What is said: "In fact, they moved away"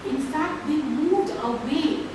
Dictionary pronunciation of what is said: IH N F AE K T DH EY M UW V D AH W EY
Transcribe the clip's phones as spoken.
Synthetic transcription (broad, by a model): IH N F AE K T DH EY M UW V D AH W EY